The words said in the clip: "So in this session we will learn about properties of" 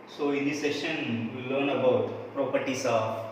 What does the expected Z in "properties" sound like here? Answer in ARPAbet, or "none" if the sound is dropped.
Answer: S